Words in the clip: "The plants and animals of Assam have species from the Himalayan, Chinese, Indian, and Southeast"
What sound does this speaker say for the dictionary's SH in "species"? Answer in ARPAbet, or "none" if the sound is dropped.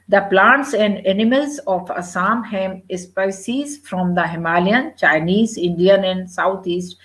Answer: S